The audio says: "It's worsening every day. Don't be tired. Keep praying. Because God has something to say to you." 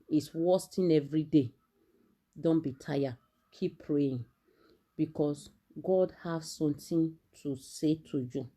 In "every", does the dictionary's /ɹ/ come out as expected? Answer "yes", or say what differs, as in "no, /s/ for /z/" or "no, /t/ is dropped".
yes